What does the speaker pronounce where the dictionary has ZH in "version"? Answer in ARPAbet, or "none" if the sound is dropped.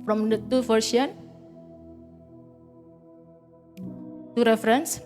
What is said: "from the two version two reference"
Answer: S